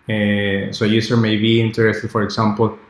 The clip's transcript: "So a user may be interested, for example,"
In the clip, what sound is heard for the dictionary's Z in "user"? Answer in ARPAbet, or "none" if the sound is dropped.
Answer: S